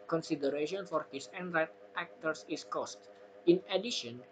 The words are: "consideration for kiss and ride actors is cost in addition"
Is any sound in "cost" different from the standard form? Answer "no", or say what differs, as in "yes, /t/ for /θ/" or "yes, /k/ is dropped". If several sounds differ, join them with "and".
no